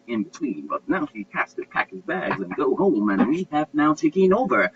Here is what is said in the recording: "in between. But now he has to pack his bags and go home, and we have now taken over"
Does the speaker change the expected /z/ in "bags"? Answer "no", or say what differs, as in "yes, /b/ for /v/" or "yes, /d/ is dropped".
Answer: no